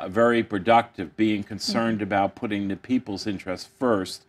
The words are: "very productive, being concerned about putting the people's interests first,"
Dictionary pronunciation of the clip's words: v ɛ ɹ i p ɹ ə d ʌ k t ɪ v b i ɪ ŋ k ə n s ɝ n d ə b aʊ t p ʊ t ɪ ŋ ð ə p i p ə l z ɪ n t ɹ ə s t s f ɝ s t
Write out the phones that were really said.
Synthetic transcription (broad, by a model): v ɛ ɹ i p ɹ ə d ʌ k t ɪ v b i ɪ ŋ k ə n s ɝ n d ə b aʊ t p ʊ t ɪ ŋ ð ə p i p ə l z ɪ n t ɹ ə s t f ɝ s t